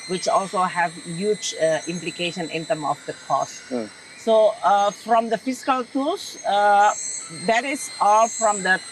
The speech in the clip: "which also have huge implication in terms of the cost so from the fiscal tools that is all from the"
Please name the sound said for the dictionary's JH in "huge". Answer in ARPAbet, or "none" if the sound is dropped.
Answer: JH